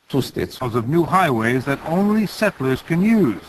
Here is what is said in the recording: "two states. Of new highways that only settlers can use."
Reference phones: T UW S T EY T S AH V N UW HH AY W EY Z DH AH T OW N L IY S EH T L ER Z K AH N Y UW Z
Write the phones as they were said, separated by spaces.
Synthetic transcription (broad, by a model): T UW S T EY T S AH V N UW HH AY W EY Z DH AH T OW N L IY S EH T L ER Z K AH N Y UW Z